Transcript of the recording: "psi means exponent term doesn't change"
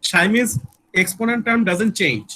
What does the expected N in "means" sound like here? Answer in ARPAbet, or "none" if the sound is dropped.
none